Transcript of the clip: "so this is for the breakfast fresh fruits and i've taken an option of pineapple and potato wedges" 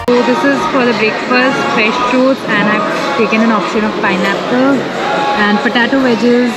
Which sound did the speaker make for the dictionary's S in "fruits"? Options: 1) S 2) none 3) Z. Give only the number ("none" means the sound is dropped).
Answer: 2